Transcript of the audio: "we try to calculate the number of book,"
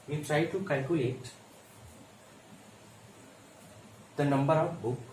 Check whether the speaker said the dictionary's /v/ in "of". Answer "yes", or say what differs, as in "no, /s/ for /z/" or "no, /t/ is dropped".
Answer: no, /w/ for /v/